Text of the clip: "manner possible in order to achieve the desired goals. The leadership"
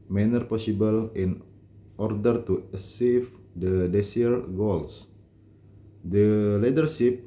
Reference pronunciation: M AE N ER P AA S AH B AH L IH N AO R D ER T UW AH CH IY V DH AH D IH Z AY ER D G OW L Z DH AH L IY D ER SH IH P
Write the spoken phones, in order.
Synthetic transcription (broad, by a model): M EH N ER P AA S AH B AH L IH N AO R D ER T UW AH S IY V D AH D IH S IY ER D G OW L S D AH L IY D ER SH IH P